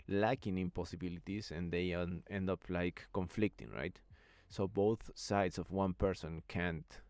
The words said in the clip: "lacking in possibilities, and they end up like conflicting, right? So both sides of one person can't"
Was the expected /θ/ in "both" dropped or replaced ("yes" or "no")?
no